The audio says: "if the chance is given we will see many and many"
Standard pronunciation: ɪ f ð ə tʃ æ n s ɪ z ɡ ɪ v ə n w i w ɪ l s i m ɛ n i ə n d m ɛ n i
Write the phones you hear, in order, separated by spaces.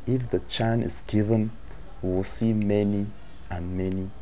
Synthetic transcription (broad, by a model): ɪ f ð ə tʃ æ n ɪ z ɡ ɪ v ə n w i w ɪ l s i m ɛ n i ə n m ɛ n i